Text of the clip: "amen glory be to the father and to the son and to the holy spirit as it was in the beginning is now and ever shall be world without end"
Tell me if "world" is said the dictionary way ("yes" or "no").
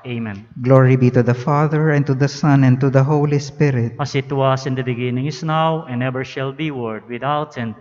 no